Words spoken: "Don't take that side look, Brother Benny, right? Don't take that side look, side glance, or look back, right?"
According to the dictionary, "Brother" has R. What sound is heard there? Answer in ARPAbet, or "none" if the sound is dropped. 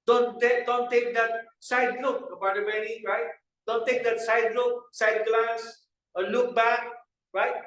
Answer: none